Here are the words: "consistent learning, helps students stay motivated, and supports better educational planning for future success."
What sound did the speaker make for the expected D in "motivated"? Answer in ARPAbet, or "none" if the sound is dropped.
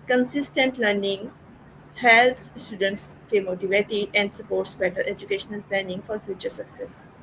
none